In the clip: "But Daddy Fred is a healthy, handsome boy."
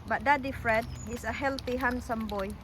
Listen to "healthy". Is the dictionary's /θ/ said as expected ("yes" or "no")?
no